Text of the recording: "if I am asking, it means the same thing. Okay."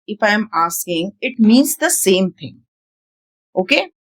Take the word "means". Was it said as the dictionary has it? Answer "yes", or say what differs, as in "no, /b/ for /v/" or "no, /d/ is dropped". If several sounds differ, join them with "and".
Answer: yes